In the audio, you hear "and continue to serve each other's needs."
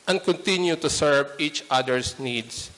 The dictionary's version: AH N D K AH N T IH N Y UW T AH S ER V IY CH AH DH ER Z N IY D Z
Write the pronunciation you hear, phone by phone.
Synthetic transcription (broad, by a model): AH N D K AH N T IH N Y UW T AH S ER V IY CH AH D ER S N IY D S